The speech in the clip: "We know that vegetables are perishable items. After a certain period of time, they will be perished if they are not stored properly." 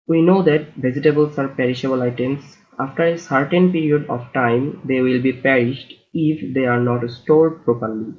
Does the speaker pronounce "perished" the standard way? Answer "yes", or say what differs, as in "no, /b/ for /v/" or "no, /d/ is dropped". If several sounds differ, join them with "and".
yes